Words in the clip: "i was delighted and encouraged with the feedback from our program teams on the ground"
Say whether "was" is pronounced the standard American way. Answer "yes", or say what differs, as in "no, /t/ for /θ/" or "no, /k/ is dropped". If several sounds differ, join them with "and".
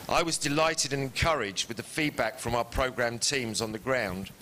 yes